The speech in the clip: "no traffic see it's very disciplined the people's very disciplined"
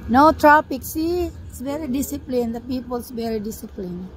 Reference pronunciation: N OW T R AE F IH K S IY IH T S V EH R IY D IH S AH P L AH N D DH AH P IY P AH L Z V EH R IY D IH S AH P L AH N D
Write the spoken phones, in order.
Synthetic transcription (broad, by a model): N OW T R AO P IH K S IY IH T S V EH R IY D IH S AH P L AH N D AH P IY P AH L S V EH R IY D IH S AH P L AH N